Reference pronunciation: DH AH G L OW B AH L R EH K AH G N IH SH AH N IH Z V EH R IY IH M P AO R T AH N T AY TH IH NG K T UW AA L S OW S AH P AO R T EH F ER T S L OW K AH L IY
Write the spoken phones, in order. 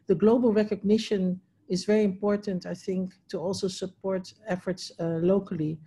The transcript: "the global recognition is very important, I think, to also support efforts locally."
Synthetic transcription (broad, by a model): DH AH G L OW B AH L R EH K AH G N IH SH AH N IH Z V EH R IY IH M P AO R T AH N T AY TH IH NG K T UW AA L S OW S AH P AO R T EH F ER T S L OW K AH L IY